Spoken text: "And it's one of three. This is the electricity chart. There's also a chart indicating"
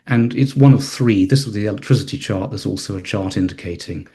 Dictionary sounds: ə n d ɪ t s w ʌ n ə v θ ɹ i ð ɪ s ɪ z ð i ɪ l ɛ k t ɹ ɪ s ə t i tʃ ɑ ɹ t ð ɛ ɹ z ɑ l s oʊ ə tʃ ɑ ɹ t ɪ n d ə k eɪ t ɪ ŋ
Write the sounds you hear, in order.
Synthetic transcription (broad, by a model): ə n ɪ t s w ʌ n ə v θ ɹ i ð ɪ s ɪ z ð i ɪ l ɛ k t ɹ ɪ s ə t i tʃ ɑ ɹ t ð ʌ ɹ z ɑ l s oʊ ə tʃ ɑ ɹ t ɪ n d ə k eɪ t ɪ ŋ